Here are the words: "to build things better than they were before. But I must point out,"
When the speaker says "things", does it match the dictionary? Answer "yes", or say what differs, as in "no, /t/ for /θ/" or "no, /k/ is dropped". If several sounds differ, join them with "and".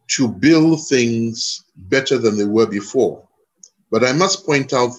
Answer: yes